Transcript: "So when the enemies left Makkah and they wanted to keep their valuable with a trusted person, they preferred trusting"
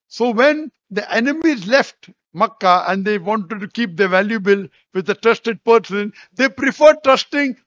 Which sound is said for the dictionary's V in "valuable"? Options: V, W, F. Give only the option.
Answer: V